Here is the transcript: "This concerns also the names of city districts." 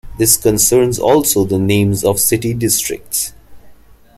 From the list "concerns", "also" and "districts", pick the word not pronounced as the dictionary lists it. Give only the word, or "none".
none